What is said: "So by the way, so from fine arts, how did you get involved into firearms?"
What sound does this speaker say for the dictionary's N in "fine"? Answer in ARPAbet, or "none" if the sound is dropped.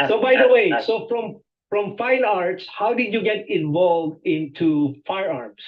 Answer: N